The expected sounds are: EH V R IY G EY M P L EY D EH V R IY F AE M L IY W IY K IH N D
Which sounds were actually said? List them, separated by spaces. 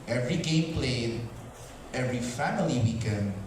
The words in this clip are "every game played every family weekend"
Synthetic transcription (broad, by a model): EH V R IY G EY M P L EY D EH V R IY F AE M L IY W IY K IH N